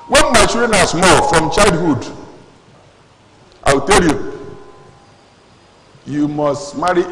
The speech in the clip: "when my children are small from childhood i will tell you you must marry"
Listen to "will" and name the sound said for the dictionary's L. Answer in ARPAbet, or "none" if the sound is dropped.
W